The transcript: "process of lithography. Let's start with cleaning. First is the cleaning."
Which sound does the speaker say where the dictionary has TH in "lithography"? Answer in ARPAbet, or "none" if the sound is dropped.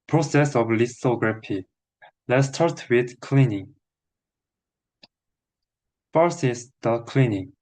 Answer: S